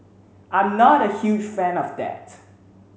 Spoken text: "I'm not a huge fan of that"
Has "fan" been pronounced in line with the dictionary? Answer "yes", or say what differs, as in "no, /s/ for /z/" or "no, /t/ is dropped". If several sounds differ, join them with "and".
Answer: yes